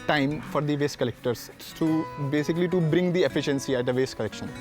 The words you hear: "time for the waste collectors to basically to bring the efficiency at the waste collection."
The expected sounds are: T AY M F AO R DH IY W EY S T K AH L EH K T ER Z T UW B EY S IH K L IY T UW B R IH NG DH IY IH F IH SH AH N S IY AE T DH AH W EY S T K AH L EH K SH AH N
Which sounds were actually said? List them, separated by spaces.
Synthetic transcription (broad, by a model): T AY M F AO R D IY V EY S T K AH L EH K T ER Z T UW B EY S IH K L IY T UW B R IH NG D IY IH F IH SH AH N S IY AE T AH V EY S T K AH L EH K SH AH N